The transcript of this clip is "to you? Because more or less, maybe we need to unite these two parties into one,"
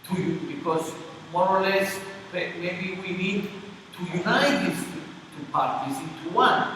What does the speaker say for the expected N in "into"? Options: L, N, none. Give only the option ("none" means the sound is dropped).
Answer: none